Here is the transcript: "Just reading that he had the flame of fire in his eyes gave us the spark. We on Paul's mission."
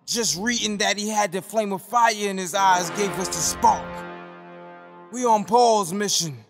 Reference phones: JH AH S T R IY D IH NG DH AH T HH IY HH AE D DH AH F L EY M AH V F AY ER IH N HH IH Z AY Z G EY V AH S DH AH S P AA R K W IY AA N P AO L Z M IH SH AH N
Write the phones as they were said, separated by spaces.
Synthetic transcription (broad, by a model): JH AH S T R IY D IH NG DH AH T HH IY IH D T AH F L EY M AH F AY ER IH N IH Z AY Z G EY V AH S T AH S P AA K W IY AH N P AO L Z M IH SH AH N